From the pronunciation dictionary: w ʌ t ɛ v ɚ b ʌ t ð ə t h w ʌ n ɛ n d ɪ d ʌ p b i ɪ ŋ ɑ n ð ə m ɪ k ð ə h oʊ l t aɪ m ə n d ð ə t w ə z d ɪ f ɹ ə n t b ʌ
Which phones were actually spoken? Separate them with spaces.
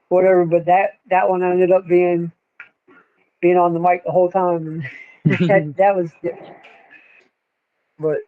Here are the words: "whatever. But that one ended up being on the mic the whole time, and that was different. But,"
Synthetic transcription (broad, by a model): w ʌ t ɛ v ɚ b ʌ t ð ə t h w ʌ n ɛ n d ɪ d ʌ p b i ɪ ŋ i n ð ə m ɪ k ð ə h oʊ l t aɪ m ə n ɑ ð ə t w ə z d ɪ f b ə t